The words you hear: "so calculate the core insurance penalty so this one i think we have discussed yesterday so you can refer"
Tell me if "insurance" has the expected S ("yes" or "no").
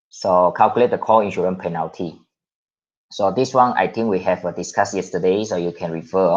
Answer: no